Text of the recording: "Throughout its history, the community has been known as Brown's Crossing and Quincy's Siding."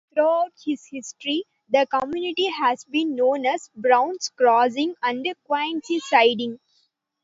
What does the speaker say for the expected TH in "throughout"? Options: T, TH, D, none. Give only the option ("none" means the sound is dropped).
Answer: T